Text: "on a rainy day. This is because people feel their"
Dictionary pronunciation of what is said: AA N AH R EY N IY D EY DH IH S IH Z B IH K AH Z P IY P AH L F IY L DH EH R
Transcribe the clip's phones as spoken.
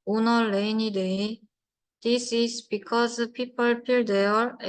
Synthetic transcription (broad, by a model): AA N AH L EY N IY D EY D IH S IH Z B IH K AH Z P IY P AH L P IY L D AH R